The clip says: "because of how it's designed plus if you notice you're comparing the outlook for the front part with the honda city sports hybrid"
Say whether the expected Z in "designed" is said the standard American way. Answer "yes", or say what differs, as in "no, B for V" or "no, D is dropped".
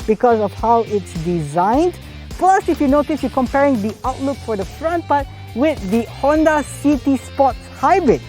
yes